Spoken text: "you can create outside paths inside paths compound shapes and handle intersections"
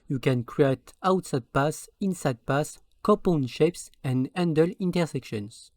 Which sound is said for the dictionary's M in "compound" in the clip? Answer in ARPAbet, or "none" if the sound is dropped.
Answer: none